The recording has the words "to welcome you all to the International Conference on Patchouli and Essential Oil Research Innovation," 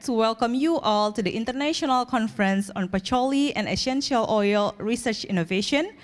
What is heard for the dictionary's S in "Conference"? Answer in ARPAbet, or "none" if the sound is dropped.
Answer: S